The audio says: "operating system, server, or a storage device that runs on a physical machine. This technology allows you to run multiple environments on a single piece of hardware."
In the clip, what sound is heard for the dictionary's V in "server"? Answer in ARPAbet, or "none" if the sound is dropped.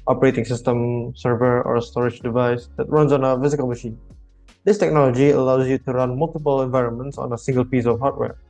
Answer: V